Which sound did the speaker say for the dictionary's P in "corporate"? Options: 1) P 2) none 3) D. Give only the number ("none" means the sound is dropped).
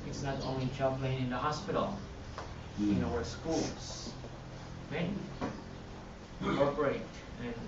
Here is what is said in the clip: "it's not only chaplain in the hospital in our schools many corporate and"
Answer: 2